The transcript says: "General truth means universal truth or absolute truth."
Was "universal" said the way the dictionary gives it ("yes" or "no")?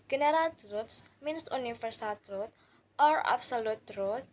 no